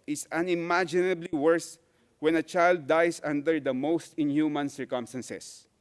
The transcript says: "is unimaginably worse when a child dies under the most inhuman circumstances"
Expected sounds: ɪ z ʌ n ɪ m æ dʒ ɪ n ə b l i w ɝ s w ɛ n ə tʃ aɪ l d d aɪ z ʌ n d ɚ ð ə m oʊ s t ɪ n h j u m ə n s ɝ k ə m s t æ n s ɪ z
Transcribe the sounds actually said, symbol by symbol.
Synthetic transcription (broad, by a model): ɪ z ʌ n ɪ m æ dʒ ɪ n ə b l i w ɝ s w ɛ n ə tʃ aɪ l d d aɪ s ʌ n d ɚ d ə m oʊ s t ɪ n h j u m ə n s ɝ k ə m s t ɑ n s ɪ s